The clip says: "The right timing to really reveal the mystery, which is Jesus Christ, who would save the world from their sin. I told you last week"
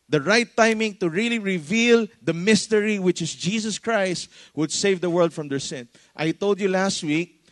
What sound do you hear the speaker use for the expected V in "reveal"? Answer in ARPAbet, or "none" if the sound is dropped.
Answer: V